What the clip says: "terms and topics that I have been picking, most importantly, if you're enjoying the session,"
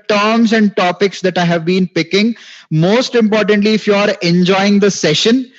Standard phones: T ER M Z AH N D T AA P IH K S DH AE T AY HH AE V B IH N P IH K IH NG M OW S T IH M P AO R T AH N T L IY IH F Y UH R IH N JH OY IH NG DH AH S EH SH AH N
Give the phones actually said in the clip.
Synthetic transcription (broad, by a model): T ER M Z AH N D T AA P IH K S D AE T AY HH AE V B IH N P IH K IH NG M OW S T IH M P AO R T AH N T L IY IH F Y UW R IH N JH OY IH NG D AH S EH SH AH N